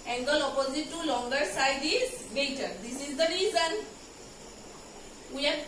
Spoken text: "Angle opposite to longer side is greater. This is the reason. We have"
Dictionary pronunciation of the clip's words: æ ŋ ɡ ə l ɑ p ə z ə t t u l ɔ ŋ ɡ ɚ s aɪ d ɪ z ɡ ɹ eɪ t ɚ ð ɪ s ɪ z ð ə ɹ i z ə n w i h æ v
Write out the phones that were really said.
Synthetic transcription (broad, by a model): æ ŋ ɡ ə l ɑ p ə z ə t t u l ɔ ŋ ɡ ɚ s aɪ d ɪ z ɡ eɪ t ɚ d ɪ s ɪ z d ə ɹ i z ə n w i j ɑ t